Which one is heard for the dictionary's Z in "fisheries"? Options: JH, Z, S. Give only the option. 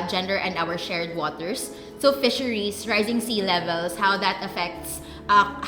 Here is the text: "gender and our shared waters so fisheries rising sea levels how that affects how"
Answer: S